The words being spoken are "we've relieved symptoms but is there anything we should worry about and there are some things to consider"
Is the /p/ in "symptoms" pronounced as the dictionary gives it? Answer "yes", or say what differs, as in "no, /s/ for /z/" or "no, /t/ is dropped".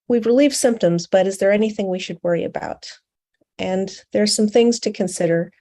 yes